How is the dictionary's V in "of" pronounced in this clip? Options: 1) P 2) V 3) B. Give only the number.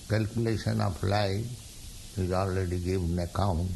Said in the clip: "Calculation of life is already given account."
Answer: 1